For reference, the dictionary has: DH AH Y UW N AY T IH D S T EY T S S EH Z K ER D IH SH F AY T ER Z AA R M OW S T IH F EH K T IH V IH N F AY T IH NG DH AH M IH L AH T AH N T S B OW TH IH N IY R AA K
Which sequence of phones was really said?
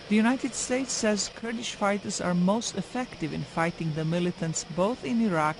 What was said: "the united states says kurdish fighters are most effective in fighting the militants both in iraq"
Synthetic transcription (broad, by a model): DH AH Y UW N AY T IH D S T EY T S S EH Z K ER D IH SH F AY T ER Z AA R M OW S T IH F EH K T IH V IH N F AY T IH NG DH AH M IH L AH T AH N T S B OW TH IH N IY R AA K